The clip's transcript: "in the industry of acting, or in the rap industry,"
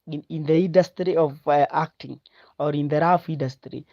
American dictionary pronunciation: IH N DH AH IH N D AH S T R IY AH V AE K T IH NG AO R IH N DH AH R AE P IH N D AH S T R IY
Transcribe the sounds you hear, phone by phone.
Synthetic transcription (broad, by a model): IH N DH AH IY N D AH S T R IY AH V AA K T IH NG AO R IH N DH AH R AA F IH N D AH S T R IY